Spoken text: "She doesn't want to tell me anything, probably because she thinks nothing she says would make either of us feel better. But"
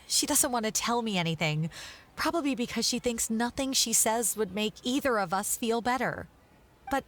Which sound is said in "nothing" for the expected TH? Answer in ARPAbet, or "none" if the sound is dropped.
TH